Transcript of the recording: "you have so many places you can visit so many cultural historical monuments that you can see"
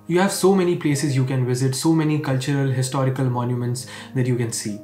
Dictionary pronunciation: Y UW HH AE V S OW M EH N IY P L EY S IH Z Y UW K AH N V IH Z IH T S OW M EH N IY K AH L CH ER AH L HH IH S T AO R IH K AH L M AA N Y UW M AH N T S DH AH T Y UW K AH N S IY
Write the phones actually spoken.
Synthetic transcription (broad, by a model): Y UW HH AE V S OW M EH N IY P L EY S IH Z Y UW K AH N V IH Z IH T S OW M EH N IY K AH L CH ER AH L HH IH S T AO R IH K AH L M AA N Y UW M AH N T S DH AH T Y UW K AH N S IY